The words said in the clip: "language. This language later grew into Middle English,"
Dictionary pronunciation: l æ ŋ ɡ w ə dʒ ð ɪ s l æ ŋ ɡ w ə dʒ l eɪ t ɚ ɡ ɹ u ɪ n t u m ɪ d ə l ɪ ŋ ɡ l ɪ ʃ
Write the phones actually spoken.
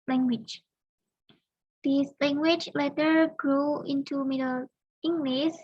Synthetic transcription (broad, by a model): l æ ŋ ɡ w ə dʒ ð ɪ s l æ ŋ ɡ w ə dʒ l eɪ t ɚ ɡ ɹ u ɪ n t u m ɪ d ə l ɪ ŋ ɡ l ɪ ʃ